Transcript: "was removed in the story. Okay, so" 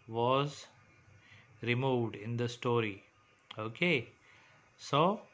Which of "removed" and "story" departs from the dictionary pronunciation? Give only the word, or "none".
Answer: none